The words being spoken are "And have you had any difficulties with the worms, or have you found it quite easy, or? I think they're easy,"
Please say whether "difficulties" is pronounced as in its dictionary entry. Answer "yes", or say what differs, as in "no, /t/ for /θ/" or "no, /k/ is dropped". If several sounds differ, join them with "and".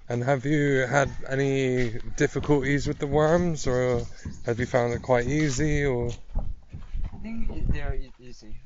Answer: yes